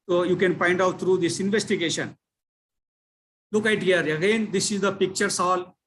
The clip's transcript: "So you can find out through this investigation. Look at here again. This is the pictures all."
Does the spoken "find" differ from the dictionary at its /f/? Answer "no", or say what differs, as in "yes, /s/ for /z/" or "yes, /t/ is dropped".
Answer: yes, /p/ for /f/